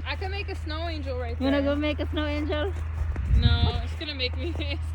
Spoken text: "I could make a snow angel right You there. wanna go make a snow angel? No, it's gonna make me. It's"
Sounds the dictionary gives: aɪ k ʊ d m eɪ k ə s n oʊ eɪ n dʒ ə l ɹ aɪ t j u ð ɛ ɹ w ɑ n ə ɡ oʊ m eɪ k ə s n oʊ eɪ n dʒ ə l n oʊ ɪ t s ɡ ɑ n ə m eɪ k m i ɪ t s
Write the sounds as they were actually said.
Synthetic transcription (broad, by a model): aɪ k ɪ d m eɪ k ə s n oʊ eɪ n dʒ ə l ɹ aɪ t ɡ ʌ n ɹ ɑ ə ɡ oʊ m eɪ k ə s n oʊ eɪ n dʒ ə l n oʊ ɪ t s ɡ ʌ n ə m eɪ k m i